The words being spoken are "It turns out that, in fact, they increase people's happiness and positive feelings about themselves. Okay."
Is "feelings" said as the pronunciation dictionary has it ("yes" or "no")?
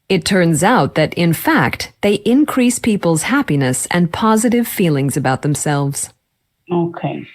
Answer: yes